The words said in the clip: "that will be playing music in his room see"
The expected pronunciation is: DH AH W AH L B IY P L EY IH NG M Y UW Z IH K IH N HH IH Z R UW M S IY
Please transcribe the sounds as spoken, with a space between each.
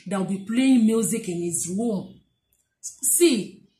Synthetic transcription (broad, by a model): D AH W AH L B IY P L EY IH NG M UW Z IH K IH N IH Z W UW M S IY